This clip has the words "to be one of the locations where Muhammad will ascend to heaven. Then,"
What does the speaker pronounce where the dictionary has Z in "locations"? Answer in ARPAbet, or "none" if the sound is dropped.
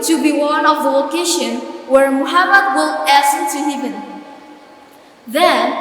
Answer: none